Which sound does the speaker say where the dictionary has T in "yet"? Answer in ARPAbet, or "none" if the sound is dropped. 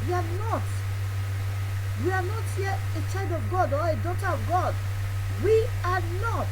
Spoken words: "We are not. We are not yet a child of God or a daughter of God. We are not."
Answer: none